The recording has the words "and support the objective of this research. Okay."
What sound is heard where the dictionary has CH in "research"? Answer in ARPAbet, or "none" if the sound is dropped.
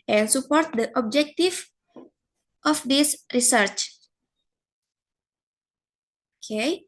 CH